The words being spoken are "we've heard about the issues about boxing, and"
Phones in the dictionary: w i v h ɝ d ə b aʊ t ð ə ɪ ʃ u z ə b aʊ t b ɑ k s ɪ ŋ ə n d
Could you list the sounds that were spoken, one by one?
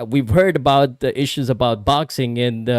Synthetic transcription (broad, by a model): w i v h ɝ d ə b aʊ t ɪ ʃ u z ə b aʊ t b ɑ k s ɪ ŋ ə n